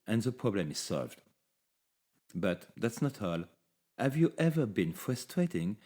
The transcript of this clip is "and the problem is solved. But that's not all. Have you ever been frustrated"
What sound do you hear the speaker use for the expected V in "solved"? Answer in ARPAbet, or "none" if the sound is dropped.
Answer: V